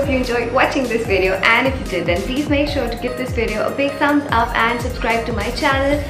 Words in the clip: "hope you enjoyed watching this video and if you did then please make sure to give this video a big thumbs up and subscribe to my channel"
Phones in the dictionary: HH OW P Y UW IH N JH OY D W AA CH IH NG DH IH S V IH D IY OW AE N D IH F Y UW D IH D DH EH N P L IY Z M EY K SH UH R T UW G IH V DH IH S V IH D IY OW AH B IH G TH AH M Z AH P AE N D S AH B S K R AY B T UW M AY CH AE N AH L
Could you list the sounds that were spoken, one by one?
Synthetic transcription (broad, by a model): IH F Y UW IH N JH OY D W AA CH IH NG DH IH S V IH D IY OW AE N D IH F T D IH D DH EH N P L IY Z M EY K SH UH R T UW G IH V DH IH S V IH D IY OW AH B IH G S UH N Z AH P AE N D S AH B S K R AY B T UW M AY CH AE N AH L